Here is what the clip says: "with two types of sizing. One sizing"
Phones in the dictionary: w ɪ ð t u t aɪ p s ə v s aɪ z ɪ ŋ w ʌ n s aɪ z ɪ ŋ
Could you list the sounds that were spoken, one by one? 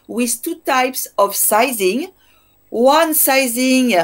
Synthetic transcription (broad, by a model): w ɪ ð t u t aɪ p s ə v s aɪ z ɪ ŋ w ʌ n s aɪ z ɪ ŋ